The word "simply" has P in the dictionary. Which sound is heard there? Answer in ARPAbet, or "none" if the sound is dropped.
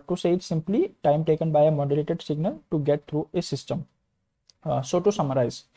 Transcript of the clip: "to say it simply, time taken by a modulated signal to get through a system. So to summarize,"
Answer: P